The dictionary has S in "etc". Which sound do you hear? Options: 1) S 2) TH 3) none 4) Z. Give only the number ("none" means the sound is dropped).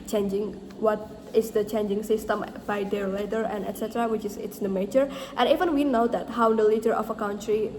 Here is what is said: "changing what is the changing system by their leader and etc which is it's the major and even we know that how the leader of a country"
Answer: 1